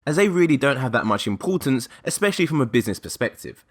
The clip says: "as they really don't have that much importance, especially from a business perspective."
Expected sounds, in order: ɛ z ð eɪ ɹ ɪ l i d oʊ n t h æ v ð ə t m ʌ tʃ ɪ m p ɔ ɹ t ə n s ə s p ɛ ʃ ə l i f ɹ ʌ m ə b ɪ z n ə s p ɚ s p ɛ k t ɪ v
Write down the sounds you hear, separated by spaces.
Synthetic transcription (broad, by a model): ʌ z ð eɪ ɹ ɪ l i d oʊ n t h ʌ v ð ə t m ʌ tʃ ɪ m p ɔ t n s ə s p ɛ ʃ ə l i f ɹ ʌ m ə b ɪ z n ə s p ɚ s p ɛ k t ɪ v